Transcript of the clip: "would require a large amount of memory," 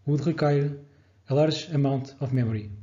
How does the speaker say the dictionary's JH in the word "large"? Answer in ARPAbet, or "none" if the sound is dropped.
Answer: ZH